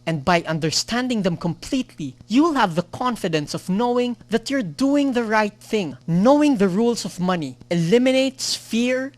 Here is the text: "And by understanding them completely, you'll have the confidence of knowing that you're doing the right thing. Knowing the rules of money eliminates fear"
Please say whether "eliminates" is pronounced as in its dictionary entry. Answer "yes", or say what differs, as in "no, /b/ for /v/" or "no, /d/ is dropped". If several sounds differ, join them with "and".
yes